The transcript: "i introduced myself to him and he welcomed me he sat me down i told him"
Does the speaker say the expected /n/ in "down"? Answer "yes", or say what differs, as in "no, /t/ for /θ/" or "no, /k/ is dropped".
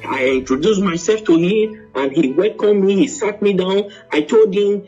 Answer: yes